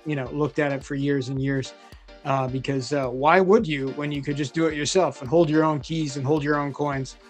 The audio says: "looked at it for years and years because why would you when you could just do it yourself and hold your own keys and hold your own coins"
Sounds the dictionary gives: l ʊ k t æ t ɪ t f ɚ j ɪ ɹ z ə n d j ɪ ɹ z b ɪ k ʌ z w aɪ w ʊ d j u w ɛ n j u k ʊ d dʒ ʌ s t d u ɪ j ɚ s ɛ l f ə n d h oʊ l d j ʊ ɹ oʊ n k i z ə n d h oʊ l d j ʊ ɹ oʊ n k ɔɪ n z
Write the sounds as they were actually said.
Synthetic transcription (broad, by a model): l ʊ k t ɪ t ɪ t f ɚ j ɪ ɹ z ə n j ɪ ɹ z b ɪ k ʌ z w aɪ w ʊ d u w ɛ n j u k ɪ d dʒ ʌ s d ɪ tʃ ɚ s ɛ l f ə n h oʊ l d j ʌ ɹ oʊ n k i z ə n h oʊ l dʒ j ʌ ɹ oʊ n k ɔɪ n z